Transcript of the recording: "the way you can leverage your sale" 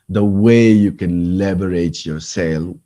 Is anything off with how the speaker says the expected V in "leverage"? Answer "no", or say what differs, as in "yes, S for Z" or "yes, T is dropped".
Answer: yes, B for V